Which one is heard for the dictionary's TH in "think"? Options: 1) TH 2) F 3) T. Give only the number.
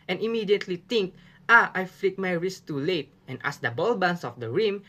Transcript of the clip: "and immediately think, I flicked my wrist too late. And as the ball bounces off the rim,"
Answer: 3